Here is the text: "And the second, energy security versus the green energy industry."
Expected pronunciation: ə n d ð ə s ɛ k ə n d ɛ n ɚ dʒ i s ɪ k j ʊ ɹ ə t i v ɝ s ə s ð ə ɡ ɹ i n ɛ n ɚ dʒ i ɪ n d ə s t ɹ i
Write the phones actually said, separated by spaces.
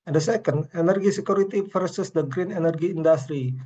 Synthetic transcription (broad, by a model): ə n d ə s ɛ k ə n d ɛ n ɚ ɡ i s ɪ k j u ɹ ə t i f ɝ s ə s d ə ɡ ɹ i n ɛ n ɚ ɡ i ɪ n d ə s t ɹ i